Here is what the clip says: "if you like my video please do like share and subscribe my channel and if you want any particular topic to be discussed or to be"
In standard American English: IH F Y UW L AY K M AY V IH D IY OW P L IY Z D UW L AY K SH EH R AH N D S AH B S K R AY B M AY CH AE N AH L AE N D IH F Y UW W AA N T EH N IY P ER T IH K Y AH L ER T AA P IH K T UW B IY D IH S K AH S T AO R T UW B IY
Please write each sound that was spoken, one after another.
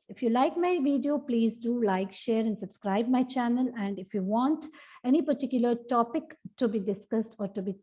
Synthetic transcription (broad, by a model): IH F Y UW L AY K M AY V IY D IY OW P L IY Z D UW L AY K SH EH R AH N D S AH B S K R AY B M AY CH AE N AH L AE N D IH F Y UW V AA N T EH N IY P ER T IH K Y AH L ER T AA P IH K T UW B IY D IH S K AH S T AO R T UW B IY